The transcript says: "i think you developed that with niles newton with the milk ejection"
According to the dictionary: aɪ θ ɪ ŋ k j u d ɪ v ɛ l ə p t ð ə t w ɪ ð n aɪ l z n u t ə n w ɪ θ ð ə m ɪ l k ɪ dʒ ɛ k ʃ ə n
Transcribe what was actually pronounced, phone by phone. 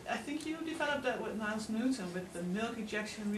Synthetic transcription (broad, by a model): aɪ θ ɪ ŋ k j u d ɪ v ɛ l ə p ð ə t w ɪ ð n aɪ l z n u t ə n w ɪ ð ə m ɪ l k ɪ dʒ ɛ k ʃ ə n